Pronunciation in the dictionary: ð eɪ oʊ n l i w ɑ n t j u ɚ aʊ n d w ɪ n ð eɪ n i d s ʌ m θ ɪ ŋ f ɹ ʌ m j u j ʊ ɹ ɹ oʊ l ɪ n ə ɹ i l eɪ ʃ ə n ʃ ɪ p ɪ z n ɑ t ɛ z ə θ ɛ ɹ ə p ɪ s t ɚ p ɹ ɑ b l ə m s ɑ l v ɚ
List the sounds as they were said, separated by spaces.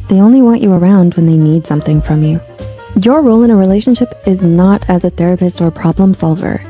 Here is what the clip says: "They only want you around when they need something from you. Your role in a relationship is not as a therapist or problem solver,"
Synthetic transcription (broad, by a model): ð eɪ oʊ n l i w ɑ n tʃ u ɚ aʊ n d w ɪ n ð eɪ n i d s ʌ m θ ɪ ŋ f ɹ ʌ m j u j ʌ ɹ ɹ oʊ l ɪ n ə ɹ i l eɪ ʃ ə n ʃ ɪ p ɪ z n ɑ t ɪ z ə θ ɛ ɹ ə p ɪ s t ɚ p ɹ ɑ b l ə m s ɑ l v ɚ